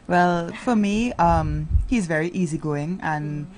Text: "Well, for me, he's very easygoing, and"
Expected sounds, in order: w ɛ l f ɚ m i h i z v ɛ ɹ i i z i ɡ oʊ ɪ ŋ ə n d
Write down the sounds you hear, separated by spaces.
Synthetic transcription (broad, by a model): w ɛ l f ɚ m i h i z v ɛ ɹ i i z i ɡ oʊ ɪ ŋ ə n